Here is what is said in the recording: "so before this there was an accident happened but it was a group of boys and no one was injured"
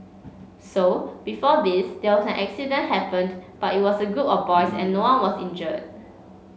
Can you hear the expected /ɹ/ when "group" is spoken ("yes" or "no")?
no